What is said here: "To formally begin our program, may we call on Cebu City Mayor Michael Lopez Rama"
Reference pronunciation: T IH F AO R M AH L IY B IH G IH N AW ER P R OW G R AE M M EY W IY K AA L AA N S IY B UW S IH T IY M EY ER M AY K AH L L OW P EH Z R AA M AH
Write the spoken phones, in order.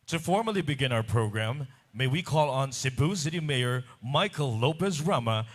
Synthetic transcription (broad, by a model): T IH F AO R M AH L IY B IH G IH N AW ER P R OW G R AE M M EY W IY K AA L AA N S IY B UW S IH T IY M EY ER M AY K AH L L OW P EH S R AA M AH